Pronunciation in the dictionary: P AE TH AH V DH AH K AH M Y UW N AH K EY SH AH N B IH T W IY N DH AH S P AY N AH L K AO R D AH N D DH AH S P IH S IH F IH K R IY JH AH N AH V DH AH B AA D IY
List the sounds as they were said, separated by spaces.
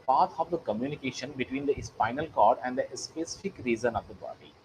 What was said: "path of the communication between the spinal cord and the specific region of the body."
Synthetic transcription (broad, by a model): P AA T AH V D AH K AH M Y UW N AH K EY SH AH N B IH T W IY N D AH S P AY N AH L K AO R D AH N D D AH S P IH S IH F IH K R IY Z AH N AH V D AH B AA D IY